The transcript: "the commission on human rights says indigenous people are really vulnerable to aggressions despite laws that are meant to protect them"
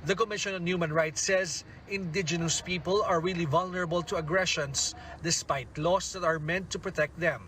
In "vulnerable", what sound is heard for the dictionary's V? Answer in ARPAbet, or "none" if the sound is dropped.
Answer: V